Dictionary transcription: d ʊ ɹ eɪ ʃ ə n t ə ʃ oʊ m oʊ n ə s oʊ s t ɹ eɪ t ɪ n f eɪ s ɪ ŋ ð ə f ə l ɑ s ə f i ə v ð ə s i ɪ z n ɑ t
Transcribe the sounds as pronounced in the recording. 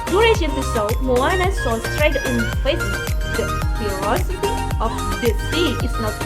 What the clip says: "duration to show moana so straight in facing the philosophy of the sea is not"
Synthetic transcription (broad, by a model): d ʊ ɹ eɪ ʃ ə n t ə s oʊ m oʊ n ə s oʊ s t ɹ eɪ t ɪ n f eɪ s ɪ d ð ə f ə ɑ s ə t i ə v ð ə s i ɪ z n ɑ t